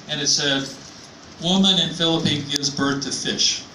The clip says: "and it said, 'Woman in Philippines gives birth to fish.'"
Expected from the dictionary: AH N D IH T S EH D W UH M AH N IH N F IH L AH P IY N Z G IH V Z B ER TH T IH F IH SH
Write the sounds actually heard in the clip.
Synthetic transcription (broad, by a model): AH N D IH T S EH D W UH M AH N IH N F IH L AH P IY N G IH V Z B ER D T IH F IH SH